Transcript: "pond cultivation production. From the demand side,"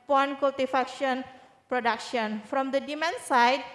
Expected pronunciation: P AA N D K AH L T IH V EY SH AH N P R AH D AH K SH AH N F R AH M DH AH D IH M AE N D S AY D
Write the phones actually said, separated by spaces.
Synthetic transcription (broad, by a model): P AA N K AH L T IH F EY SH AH N P R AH D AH K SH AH N F R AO M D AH D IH M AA N S AY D